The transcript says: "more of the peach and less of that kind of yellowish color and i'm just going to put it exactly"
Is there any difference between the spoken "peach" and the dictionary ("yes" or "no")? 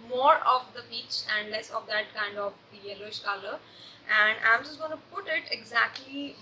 yes